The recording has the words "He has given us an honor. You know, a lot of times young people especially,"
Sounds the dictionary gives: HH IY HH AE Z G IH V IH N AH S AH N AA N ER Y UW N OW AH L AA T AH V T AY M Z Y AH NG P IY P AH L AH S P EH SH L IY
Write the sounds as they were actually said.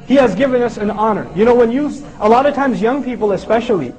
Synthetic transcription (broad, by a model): HH IY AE Z G IH V IH N AH S AH N AA N ER Y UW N OW AH L AA T AH V T AY M Z Y AH NG P IY P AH L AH S P EH SH L IY